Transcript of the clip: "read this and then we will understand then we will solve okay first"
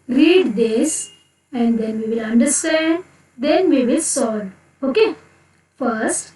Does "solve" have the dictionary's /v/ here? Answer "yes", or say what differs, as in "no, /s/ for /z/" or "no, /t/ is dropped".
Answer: no, /v/ is dropped